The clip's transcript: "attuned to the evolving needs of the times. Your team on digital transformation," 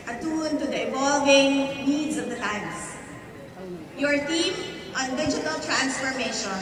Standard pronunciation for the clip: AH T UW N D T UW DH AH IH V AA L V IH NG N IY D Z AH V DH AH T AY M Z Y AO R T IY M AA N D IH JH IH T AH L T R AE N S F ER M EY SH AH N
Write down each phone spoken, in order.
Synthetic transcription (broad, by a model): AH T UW N T UW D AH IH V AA L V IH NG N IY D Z AH V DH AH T AY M S Y AO R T IY M AA N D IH JH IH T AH L T R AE N S F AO M EY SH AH N